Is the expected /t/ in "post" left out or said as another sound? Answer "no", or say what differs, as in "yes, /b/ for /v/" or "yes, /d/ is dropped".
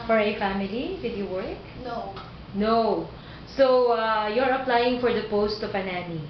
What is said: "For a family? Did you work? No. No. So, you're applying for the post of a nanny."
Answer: no